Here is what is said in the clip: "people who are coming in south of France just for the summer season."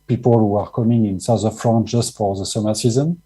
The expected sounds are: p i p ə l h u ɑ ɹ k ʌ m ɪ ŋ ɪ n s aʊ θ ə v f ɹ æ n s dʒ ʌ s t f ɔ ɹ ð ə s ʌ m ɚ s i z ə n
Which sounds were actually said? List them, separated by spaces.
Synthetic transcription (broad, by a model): p i p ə l h u ɑ ɹ k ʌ m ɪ ŋ ɪ n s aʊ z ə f ɹ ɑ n dʒ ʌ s t f ɔ ɹ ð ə s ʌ m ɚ s i z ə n